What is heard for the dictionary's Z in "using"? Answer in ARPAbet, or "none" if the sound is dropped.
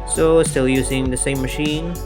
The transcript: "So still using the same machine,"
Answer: Z